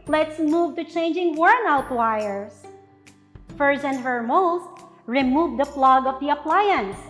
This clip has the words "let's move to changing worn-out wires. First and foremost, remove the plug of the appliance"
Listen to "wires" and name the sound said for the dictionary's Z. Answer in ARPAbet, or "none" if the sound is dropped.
S